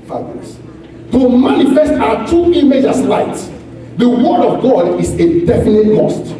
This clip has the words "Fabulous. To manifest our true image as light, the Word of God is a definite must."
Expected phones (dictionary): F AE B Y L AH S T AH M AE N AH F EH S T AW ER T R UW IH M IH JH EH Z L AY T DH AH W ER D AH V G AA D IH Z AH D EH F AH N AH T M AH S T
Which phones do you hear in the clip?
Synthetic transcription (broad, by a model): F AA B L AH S T AH M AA N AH F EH S T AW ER T UW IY M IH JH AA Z L AY T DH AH W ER D AH V G AA D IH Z AH D EH F AH N AH T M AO S T